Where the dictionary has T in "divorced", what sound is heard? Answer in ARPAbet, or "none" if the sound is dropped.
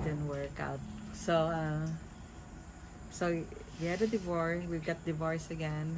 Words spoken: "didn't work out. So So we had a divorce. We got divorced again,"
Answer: none